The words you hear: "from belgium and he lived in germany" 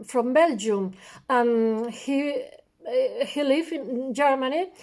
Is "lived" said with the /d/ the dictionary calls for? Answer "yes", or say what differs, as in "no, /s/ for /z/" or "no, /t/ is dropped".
no, /d/ is dropped